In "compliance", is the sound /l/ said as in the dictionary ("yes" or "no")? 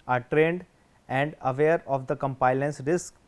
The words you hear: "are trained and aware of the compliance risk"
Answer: no